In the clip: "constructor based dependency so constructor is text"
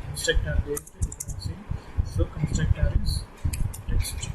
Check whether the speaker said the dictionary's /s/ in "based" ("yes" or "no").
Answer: no